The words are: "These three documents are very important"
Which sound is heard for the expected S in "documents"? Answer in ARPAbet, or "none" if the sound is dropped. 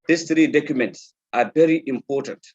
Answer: S